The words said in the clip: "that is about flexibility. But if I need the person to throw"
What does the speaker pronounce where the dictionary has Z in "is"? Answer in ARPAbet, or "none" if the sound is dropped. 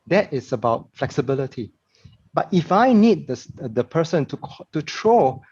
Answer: S